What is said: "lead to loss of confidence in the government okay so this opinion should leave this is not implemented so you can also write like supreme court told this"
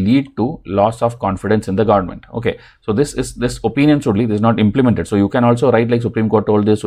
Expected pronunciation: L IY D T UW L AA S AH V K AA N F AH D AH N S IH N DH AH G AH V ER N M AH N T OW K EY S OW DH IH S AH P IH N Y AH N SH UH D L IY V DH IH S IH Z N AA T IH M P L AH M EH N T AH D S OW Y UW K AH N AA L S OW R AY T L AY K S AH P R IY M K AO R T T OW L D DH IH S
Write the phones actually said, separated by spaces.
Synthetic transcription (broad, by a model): L IY D T UW L AA S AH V K AA N F AH D AH N S IH N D AH G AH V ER N M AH N T OW K EY S OW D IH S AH P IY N Y AH N S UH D L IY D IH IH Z N AA T IH M P L AH M EH N T AH D S OW Y UW K AH N AA L S OW R AY T L AY K S AH P R IY M K AO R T T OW L D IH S